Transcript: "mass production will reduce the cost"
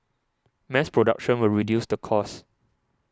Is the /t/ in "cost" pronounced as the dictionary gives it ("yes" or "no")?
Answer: no